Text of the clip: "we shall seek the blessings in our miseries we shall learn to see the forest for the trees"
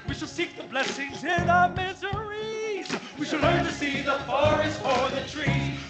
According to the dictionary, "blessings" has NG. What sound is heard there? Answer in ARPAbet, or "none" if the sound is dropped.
NG